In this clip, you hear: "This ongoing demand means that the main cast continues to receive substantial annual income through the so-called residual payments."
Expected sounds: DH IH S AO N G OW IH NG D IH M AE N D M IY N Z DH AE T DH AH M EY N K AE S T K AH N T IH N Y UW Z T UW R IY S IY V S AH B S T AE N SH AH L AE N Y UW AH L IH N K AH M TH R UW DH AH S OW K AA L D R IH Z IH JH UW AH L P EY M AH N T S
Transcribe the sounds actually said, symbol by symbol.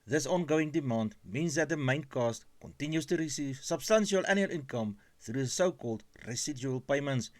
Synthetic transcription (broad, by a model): DH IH S AO N G OW IH NG D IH M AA N D M IY N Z DH AE T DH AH M EY N K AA S T K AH N T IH N Y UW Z T UW R IY S IY V S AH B S T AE N SH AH L AE N Y UW AH L IH N K AH M TH R UW DH AH S OW K AA L D R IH S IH JH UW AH L P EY M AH N T S